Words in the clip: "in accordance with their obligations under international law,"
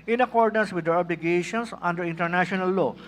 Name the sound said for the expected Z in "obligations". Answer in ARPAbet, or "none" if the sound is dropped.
S